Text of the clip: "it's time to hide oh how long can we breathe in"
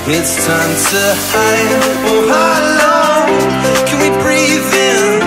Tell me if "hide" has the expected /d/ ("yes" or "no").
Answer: no